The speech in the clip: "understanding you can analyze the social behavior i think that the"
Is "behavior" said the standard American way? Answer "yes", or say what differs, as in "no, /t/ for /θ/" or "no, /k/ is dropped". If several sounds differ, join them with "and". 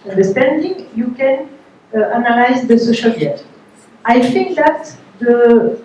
no, /v/ is dropped